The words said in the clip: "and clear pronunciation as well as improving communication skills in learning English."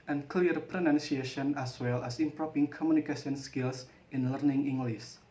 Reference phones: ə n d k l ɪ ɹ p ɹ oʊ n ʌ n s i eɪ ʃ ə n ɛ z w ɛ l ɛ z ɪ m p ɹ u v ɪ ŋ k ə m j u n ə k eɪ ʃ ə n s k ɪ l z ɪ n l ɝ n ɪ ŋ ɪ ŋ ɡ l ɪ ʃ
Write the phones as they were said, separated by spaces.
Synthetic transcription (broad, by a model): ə n k l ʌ ɹ p ɹ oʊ n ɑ n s i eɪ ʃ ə n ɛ s w ɛ l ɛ s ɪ m p ɹ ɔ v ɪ ŋ k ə m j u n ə k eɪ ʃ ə n s k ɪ l s ɪ n l ɝ n ɪ ŋ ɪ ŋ ɡ l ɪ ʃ